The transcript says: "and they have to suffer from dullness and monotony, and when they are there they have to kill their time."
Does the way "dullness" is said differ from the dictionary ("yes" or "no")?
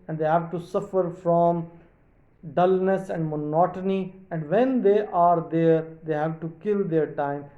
no